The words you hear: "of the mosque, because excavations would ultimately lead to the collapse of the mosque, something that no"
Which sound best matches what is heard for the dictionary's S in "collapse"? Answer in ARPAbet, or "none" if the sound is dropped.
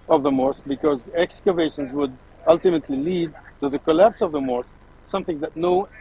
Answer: S